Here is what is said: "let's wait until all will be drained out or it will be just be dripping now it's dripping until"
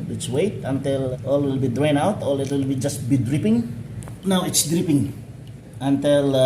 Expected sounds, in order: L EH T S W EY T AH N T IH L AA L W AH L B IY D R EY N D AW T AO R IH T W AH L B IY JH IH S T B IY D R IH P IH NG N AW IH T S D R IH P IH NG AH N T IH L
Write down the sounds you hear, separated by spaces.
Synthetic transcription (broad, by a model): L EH T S W EY T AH N T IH L AA L W AH L B IY D R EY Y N AW T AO L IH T W AH L B IY JH IH S T B IY D R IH P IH NG N AW IH T S D R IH P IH NG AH N T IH L